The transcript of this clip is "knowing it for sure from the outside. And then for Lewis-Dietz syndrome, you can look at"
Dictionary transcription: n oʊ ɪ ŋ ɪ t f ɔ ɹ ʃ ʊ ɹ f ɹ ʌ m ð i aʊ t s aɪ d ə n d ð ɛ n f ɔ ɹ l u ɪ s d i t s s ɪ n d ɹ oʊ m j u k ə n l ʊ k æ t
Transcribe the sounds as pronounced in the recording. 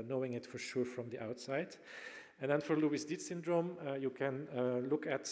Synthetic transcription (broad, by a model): n oʊ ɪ ŋ ɪ t f ɔ ɹ ʃ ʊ ɹ f ɹ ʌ m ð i aʊ t s aɪ d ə n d ð ɛ n f ɔ ɹ l u ɪ s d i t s s ɪ n d ɹ oʊ m j u k ə n l ʊ k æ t